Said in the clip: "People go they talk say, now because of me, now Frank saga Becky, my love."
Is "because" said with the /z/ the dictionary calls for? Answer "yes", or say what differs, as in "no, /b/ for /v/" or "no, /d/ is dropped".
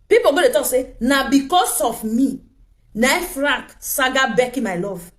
no, /s/ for /z/